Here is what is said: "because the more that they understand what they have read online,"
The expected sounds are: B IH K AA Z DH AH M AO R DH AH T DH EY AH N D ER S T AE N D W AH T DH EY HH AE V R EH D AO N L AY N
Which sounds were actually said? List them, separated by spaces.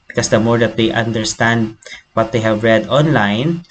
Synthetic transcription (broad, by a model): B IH K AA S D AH M AO R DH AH T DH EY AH N D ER S T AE N D W AH T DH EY HH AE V R EH D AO N L AY N